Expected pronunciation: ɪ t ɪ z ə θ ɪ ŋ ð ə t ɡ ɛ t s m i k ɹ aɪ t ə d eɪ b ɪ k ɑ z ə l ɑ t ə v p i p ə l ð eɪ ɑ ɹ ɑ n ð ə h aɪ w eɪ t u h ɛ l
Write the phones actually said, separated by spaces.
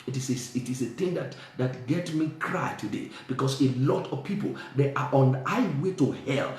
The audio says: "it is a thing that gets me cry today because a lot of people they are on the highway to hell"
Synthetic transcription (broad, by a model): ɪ t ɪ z ə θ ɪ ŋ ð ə t ɡ ɛ t s m i k ɹ aɪ t ə d eɪ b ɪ k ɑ s ə l ɑ t ə v p i p ə l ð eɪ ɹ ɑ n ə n aɪ w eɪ t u h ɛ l